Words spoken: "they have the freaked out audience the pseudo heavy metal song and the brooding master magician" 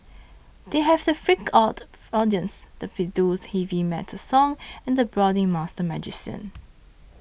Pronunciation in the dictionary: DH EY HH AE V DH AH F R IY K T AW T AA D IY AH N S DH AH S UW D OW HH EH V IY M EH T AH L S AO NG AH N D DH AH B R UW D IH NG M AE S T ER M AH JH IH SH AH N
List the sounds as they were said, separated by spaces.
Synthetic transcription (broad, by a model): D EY HH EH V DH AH F R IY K AW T AA D IY AH N S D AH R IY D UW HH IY V IY M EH T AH S AO NG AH N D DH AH B R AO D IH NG M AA S T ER M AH JH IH S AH N